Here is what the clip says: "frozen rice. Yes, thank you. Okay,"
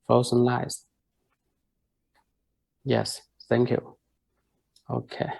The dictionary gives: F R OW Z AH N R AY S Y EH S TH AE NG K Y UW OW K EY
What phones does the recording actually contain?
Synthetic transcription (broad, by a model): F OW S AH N L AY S Y EH S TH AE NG K Y UW OW K EY